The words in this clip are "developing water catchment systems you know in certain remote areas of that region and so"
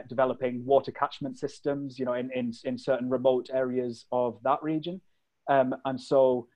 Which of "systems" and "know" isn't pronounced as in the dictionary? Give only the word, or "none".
none